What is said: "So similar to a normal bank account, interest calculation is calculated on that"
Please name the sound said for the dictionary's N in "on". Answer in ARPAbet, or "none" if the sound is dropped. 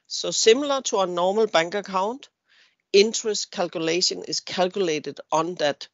N